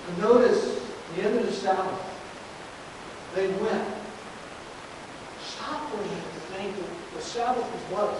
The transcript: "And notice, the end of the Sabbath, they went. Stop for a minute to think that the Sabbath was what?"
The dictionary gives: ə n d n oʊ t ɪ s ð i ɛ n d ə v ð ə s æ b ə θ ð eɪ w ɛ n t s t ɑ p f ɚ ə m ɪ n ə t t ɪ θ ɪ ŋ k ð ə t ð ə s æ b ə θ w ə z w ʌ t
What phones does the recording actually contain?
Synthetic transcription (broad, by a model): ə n n oʊ t ɪ s ð i ɛ n d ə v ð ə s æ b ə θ ð eɪ w ɛ n t s t ɑ p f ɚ ə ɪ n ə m t ɪ θ ɪ ŋ k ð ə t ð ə s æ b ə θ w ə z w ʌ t